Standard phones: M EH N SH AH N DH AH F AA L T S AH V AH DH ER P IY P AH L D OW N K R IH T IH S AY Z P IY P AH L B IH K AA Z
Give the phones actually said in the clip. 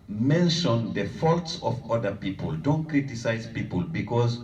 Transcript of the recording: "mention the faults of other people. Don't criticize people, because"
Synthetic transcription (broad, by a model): M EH N SH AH N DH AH F AA L T S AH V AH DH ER P IY P AH L D OW N K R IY T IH S AY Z P IY P AH L B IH K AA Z